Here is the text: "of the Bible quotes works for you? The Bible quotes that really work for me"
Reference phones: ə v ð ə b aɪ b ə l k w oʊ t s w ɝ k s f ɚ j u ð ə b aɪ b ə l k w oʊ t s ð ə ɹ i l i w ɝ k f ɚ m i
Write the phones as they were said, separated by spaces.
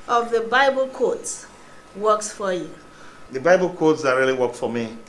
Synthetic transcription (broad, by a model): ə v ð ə b aɪ b ə l k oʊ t s w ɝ k s f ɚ j u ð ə b aɪ b ə l k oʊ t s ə ɹ i l i w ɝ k f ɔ m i